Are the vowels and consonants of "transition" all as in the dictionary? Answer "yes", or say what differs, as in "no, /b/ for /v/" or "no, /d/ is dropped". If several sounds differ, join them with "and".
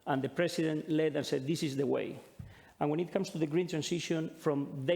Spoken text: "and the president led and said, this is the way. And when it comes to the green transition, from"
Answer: no, /s/ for /z/